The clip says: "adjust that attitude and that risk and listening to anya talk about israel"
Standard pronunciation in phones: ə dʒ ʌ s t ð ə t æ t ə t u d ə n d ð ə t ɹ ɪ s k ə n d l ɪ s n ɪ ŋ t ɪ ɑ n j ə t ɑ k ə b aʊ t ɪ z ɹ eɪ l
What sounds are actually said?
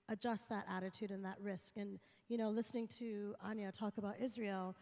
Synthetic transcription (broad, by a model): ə dʒ ʌ s t ð ə t æ t ə t u d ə n ð ə t ɹ ɪ s k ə n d l ɪ s n ɪ ŋ t ɪ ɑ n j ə t ɑ k ə b aʊ t ɪ z ɹ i l